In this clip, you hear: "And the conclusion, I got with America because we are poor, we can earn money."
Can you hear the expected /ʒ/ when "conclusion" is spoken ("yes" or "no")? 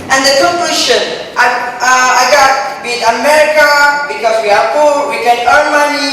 no